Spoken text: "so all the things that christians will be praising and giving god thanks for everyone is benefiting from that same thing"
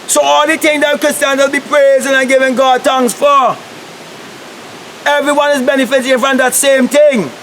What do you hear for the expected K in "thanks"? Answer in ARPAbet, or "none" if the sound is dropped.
none